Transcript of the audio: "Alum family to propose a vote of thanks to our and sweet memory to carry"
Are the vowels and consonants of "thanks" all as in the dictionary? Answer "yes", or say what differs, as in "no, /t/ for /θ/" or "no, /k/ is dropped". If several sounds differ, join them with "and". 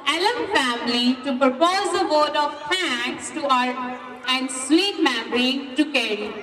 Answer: no, /ŋ/ is dropped